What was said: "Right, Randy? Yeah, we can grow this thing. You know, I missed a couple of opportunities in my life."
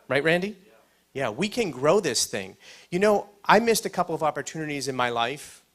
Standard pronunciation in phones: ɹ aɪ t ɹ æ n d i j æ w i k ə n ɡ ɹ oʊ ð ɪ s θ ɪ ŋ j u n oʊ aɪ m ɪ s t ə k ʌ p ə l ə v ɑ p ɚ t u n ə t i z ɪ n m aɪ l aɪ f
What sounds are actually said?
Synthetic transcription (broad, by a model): ɹ aɪ t ɹ æ n d i j æ w i k ə n ɡ ɹ oʊ ð ɪ s θ ɪ ŋ j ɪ n oʊ aɪ m ɪ s t ə k ʌ p l ə v ɑ p ɚ t u n ə t i z ɪ n m aɪ l aɪ f